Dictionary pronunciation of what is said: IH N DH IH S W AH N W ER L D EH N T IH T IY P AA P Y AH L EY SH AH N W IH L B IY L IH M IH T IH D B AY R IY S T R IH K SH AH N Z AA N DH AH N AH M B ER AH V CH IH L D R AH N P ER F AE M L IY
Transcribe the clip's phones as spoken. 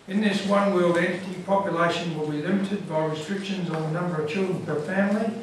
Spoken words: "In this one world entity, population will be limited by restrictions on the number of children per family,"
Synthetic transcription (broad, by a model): IH N DH IH S W AH N W ER L D EH N T IH T IY P AA P Y AH L EY SH AH N W IH L B IY L IH M IH T IH D B AY R IY S T R IH K SH AH N Z N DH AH N AH M B ER AH V CH IH L D R AH N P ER F AE M L IY